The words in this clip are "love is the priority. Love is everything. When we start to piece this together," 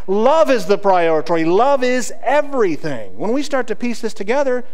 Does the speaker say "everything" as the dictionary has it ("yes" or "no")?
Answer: yes